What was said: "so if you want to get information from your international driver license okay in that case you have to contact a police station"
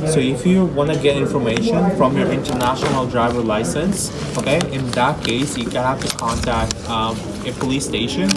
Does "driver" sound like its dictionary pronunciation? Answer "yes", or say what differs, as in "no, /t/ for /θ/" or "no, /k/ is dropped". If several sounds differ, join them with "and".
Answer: yes